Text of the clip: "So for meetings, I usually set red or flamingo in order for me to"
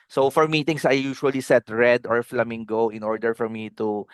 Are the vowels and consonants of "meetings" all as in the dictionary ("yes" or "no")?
no